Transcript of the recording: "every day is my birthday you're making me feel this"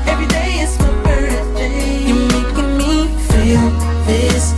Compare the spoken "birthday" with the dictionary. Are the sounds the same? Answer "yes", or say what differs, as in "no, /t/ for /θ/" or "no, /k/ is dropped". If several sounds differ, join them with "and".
no, /s/ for /θ/